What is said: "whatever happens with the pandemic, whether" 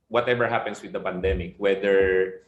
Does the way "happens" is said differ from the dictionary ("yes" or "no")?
yes